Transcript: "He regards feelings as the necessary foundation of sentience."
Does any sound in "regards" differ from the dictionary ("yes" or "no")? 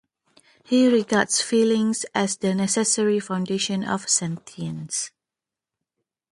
yes